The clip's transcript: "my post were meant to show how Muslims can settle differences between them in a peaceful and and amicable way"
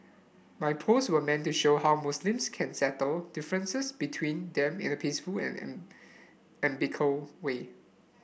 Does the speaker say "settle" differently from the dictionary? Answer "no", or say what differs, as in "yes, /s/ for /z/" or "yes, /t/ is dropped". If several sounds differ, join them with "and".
no